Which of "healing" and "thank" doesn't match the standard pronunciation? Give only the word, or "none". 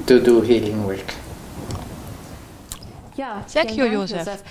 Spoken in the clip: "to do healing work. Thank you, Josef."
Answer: thank